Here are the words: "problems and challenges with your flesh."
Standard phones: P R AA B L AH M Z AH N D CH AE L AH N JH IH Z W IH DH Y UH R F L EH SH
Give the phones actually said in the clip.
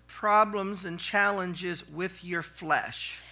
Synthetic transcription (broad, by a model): P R AA B L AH M Z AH N CH AE L AH N JH IH Z W IH DH Y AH R F L EH SH